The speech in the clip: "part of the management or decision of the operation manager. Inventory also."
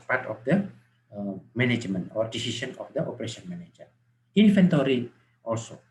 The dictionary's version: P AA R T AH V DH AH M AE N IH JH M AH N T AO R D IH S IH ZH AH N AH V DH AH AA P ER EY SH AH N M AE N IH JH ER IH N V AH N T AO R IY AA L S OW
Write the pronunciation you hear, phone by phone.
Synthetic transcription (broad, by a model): P AA R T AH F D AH M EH N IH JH M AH N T AO R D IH S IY S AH N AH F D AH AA P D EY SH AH N M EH N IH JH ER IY N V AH N T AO R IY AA L S OW